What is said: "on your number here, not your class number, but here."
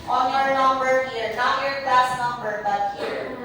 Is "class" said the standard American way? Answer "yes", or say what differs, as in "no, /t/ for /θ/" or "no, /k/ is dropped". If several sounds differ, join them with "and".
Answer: no, /l/ is dropped